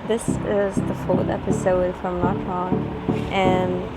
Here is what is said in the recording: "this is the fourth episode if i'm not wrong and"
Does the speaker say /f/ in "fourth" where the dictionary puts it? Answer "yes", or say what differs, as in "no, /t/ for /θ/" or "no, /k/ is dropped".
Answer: yes